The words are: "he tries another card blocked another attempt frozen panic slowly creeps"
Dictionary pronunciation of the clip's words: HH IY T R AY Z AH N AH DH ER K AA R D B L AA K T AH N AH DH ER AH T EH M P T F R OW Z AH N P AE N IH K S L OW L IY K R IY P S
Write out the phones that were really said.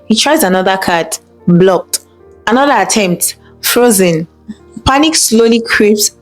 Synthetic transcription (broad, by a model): HH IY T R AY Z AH N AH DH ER K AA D B L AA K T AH N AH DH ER AH T EH M P T F R OW Z AH N P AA N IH K S L OW L IY K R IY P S